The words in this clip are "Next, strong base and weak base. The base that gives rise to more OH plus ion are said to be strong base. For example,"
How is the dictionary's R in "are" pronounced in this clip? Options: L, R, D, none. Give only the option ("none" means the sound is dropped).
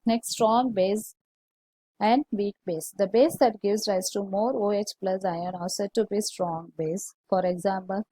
L